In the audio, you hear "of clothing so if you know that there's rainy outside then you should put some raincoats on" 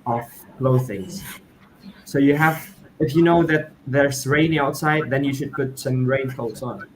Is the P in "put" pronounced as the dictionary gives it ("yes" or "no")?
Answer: yes